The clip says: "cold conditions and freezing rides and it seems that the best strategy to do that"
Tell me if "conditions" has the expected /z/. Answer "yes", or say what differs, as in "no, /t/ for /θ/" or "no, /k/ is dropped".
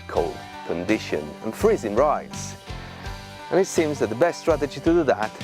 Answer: no, /z/ is dropped